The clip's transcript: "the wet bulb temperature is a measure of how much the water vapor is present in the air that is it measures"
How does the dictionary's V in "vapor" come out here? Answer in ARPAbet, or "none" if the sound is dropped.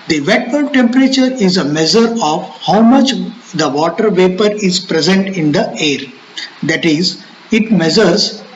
V